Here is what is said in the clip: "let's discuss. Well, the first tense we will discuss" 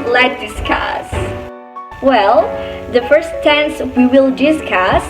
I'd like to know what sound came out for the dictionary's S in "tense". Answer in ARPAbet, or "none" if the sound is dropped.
S